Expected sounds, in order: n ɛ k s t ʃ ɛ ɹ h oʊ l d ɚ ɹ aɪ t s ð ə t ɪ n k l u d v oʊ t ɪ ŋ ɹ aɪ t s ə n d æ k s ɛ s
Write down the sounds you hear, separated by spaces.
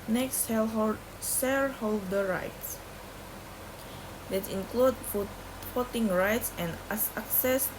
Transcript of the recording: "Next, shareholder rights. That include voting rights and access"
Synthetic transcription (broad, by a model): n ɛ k s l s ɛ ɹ h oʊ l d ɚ ɹ aɪ t s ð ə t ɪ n k l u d f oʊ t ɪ ŋ ɹ aɪ t s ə n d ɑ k s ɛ s